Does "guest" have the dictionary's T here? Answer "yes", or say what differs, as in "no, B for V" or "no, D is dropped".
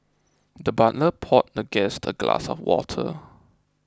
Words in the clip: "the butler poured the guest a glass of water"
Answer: yes